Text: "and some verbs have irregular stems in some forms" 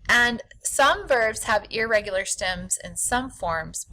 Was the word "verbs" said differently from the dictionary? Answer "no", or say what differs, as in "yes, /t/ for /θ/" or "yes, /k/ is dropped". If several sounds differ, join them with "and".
no